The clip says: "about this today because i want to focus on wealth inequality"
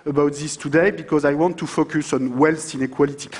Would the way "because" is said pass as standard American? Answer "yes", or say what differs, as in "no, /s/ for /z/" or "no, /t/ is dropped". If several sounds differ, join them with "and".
yes